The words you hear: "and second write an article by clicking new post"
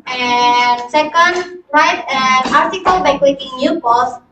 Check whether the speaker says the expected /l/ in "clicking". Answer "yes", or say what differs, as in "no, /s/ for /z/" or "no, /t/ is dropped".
no, /w/ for /l/